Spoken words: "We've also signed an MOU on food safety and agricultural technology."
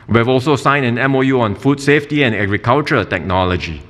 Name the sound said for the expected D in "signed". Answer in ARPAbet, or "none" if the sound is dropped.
none